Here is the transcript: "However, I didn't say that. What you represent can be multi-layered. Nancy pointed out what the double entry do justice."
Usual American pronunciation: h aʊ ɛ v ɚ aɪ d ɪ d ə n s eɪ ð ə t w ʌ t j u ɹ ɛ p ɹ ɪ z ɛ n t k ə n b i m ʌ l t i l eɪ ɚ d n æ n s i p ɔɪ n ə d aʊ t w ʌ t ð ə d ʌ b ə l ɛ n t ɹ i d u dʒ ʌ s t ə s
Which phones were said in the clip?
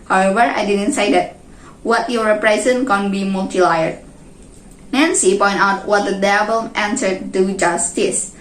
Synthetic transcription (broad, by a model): h aʊ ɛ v ɚ aɪ d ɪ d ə n s eɪ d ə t w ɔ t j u ɹ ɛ p ɹ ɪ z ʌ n k ə n b i m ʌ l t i l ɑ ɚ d n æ n s i p ɔɪ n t aʊ t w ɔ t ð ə d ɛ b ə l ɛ n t i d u dʒ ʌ s t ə s